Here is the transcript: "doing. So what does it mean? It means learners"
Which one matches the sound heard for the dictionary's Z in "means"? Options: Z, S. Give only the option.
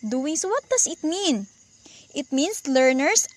S